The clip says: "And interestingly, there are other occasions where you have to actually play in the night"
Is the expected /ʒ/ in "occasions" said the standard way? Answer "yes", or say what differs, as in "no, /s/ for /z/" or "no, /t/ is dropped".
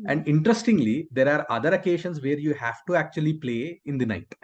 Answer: no, /ʃ/ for /ʒ/